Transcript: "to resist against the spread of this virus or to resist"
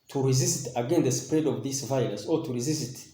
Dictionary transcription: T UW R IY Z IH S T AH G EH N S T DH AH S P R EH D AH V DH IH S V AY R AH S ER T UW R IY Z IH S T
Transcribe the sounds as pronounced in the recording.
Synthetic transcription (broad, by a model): T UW R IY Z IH S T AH G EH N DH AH S P R EH D AH V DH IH S V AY L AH S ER T UW R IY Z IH S T